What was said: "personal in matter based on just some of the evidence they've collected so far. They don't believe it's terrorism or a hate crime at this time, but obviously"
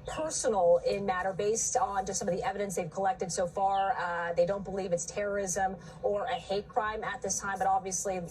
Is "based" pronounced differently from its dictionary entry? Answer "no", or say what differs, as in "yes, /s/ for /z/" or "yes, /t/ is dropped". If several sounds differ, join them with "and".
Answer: no